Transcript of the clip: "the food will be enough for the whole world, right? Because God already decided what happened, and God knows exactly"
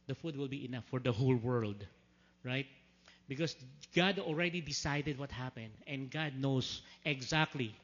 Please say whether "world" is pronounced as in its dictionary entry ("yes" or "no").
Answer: yes